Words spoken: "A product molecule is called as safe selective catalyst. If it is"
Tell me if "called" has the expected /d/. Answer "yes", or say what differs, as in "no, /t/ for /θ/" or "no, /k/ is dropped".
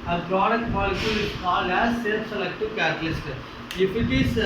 no, /d/ is dropped